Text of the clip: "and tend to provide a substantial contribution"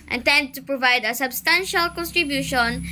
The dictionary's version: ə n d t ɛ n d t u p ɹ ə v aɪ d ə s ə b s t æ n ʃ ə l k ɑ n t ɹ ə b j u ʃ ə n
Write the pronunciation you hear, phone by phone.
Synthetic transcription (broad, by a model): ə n t ɛ n d t u p ɹ ə v aɪ d ə s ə b s t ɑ n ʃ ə l k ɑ n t ɹ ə b j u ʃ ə n